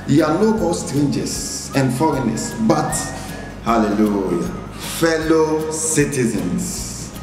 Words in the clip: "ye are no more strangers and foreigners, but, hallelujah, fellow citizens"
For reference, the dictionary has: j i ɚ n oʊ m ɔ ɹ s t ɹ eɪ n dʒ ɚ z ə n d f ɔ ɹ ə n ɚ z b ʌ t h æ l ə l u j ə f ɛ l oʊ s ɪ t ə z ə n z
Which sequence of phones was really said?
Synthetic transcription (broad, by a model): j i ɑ l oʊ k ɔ l s t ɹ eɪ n dʒ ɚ s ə n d f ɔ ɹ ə n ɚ s b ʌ t h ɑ l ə l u j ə f ɛ l oʊ s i t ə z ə n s